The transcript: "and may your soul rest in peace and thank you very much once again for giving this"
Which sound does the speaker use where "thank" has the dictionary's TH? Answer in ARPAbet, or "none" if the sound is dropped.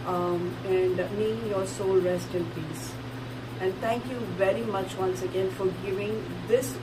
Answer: T